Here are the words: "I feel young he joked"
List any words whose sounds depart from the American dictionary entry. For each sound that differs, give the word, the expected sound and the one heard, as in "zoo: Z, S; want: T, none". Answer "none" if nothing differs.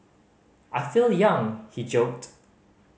none